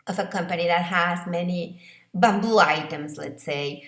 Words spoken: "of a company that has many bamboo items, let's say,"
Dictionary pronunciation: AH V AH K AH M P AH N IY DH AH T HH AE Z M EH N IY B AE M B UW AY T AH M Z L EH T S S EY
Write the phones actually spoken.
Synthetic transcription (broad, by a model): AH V AH K AH M P AH N IY DH AH T HH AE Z M EH N IY B AE M B UW AY T AH M Z L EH T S S EY